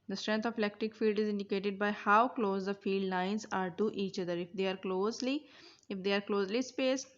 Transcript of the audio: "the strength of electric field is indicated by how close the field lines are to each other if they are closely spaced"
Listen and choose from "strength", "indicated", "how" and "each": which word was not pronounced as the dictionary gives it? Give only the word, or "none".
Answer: strength